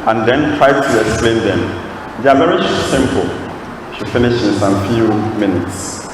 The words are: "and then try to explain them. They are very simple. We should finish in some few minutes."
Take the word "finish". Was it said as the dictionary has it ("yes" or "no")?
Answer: yes